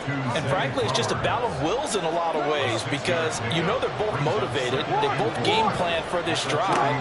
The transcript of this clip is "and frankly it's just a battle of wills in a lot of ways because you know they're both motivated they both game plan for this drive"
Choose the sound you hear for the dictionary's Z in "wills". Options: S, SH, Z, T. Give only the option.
Z